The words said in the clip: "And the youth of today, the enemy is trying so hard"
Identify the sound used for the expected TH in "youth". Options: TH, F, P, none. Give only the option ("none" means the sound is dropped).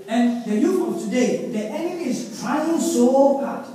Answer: F